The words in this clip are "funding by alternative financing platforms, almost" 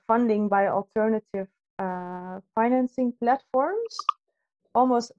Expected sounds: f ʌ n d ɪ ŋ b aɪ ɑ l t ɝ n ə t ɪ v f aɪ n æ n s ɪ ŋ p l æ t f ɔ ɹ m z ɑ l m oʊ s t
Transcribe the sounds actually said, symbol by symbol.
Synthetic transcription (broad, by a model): f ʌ n d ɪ ŋ b aɪ ɑ l t ɝ n ə t ɪ v f aɪ n æ n s ɪ ŋ p l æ t f ɔ ɹ m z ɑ l m oʊ s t